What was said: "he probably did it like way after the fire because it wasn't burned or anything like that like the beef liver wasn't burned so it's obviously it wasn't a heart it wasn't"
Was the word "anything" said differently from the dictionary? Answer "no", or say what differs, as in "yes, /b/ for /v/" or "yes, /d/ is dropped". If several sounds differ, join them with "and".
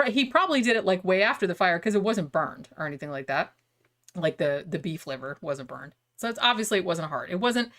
no